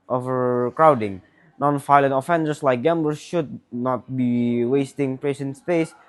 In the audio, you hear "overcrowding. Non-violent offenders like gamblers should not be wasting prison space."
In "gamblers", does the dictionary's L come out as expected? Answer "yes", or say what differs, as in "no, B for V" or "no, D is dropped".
no, L is dropped